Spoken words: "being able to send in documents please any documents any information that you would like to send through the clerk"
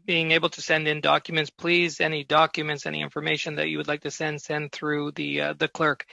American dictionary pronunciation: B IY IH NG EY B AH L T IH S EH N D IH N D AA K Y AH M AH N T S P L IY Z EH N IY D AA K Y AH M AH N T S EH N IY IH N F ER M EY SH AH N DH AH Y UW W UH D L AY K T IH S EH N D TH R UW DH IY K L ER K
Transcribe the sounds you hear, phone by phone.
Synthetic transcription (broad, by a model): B IY IH NG EY B L T IH S EH N D IH N D AA K Y AH M AH N T S P L IY Z EH N IY D AA K Y AH M AH N T S EH N IY IH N F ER M EY SH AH N DH AH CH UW W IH D L AY K T IH S EH N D TH R UW DH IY K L ER K